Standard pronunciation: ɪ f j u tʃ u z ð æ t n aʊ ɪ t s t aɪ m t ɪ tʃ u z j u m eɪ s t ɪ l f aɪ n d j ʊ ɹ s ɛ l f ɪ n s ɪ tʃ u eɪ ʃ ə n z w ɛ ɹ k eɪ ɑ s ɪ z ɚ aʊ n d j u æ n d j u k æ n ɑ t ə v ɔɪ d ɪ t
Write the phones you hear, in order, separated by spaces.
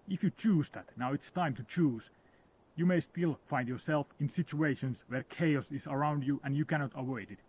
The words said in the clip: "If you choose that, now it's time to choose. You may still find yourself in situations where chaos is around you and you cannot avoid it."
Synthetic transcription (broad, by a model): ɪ f j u tʃ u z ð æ t n aʊ ɪ t s t aɪ m t ɪ tʃ u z j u m eɪ s t ɪ l f aɪ n d j ʊ ɹ s ɛ l f ɪ n s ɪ tʃ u eɪ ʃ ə n s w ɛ ɹ k eɪ ɑ s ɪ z ɚ aʊ n d j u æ n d j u k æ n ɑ t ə w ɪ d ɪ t